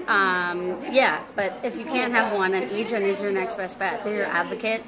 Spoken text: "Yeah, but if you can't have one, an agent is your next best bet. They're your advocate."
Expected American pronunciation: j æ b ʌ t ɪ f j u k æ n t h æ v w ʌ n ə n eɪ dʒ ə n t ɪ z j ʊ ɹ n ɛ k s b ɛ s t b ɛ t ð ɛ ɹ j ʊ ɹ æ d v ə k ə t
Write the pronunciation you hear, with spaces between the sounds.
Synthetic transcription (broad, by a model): j æ b ʌ t ɪ f j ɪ k æ n t h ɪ v w ʌ n ə n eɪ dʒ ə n ɪ z j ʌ ɹ n ɛ k s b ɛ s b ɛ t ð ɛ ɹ j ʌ ɹ æ d v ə k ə t